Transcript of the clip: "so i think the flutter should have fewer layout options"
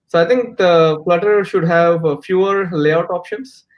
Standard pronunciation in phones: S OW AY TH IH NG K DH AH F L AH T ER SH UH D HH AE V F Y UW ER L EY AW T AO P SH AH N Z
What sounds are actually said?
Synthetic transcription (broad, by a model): S OW AY T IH NG K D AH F L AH T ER SH UH D HH AE V F Y UW ER L EY AW T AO P SH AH N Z